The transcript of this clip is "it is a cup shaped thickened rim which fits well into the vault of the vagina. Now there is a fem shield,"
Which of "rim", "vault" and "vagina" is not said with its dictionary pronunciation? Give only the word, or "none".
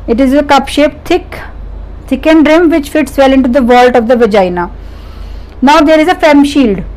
none